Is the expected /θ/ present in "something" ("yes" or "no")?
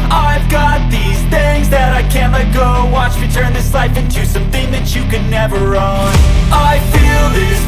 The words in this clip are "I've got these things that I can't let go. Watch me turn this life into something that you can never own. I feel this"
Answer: yes